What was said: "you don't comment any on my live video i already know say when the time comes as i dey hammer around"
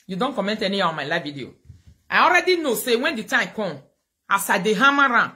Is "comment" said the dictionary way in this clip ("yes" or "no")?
yes